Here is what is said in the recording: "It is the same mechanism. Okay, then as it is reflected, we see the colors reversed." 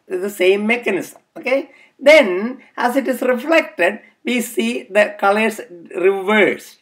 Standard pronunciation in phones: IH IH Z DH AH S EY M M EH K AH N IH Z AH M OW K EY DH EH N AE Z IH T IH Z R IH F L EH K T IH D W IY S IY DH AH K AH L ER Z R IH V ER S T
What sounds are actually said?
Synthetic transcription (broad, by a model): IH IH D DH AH S EY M M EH K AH N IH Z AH M OW K EY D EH N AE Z IH T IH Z R IH F L EH K T IH D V IY S IY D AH K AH L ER S R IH V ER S